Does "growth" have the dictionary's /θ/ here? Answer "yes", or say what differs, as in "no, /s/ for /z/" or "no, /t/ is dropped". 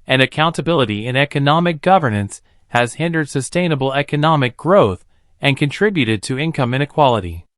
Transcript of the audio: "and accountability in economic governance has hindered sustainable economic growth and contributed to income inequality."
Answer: yes